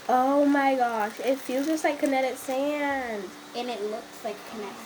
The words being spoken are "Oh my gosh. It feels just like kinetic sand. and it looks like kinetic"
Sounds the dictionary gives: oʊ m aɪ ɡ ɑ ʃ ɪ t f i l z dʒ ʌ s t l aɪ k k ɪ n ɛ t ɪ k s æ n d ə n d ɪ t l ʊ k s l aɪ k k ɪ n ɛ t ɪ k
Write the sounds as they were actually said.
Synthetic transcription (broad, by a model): oʊ m aɪ ɡ ɑ ʃ ɪ t f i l dʒ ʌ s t l aɪ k k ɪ n ɛ t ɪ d s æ n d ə n ɪ t l ʊ k s l aɪ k k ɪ n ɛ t